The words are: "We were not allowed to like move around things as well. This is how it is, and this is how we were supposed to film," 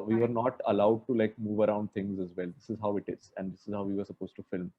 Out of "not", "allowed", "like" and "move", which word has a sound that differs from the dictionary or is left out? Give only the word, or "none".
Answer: none